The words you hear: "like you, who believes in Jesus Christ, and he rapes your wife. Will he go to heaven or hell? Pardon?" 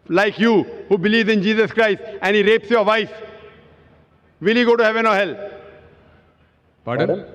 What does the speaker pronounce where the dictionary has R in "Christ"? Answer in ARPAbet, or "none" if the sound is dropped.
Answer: R